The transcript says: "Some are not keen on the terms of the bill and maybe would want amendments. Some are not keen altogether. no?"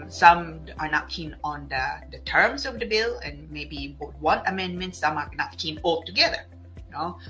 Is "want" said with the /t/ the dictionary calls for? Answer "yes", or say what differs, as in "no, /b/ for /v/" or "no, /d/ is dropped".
no, /t/ is dropped